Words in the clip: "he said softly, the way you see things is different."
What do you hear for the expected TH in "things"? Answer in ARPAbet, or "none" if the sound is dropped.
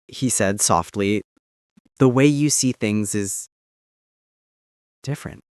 TH